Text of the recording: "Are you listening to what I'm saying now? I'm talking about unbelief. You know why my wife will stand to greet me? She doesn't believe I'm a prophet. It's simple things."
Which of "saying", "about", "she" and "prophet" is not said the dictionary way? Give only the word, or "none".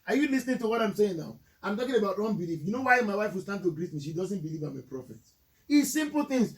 none